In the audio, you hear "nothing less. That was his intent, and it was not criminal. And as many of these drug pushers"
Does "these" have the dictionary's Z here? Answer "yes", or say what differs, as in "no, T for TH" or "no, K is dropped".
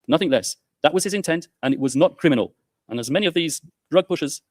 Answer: yes